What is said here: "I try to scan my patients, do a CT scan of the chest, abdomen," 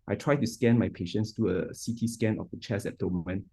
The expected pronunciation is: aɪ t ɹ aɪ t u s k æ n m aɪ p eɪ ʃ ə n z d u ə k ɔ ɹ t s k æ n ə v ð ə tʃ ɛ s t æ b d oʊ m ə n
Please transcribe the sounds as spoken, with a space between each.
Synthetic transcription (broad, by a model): aɪ t ɹ aɪ t u s k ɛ n m aɪ p eɪ ʃ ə n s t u ə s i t s k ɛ n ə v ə tʃ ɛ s æ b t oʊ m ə n